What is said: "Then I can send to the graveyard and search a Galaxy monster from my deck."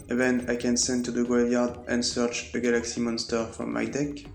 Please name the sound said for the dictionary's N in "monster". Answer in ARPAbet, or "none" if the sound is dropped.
N